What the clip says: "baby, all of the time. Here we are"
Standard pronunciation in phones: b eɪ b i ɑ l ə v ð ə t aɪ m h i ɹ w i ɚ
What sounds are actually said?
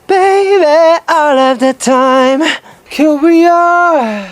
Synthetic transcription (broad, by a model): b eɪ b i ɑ l ə v ð ə t aɪ m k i l w i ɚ